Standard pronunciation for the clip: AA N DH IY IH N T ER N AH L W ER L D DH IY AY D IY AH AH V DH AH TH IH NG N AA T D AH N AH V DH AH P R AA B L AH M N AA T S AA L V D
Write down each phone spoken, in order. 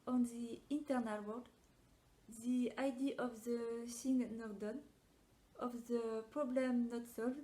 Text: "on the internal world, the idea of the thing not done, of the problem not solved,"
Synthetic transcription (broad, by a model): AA N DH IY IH N T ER N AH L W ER D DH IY AY D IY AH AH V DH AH S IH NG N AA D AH N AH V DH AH P R AA B L AH M N AA T S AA L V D